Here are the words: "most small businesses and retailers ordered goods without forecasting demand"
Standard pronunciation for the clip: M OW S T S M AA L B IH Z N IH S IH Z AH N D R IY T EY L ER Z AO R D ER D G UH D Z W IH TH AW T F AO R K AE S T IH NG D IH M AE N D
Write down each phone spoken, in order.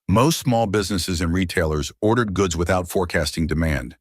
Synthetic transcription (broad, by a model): M OW S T S M AA L B IH Z N IH S IH Z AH N R IY T EY L ER Z AO R D ER D G UH D Z W IH TH AW T F AO R K AE S T IH NG D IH M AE N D